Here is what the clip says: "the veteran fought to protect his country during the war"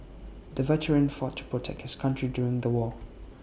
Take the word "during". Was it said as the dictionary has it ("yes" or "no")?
yes